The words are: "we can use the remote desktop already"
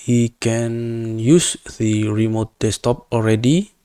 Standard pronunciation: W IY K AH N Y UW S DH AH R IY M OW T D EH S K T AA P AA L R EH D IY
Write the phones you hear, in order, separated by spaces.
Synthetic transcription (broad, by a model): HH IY K AH N Y UW S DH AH R IY M OW T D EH S T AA P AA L R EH D IY